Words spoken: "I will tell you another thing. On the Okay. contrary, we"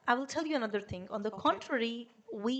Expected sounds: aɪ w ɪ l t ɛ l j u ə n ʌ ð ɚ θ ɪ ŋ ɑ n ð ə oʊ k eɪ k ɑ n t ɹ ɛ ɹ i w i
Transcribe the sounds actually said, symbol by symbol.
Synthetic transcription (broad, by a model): aɪ w ɪ l t ɛ l j u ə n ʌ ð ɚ t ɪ ŋ ɑ n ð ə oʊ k k ɑ n t ɹ ɛ ɹ i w i